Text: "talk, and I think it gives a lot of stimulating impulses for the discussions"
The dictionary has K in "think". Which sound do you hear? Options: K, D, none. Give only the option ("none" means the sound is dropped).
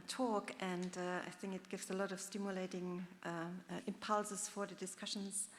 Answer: K